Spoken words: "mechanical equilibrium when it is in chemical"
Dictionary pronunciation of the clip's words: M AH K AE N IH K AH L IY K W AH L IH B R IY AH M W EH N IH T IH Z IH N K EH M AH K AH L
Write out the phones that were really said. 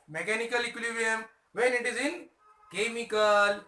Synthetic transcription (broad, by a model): M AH K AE N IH K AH L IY K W L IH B IY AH M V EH N IH T IH Z IH N K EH M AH K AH L